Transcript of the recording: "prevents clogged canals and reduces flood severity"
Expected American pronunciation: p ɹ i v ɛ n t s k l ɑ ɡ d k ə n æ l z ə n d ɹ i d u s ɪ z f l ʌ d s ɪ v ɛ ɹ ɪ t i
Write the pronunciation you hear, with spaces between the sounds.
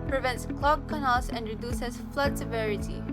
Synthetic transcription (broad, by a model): p ɹ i v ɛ n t s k l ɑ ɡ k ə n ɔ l s ə n d ɹ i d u s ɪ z f l ʌ d s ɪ v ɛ ɹ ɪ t i